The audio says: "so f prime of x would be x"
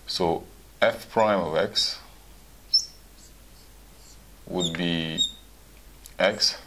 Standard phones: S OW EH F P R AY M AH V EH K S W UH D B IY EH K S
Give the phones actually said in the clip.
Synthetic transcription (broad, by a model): S OW EH F P R AY M AH V EH K S W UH D B IY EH K S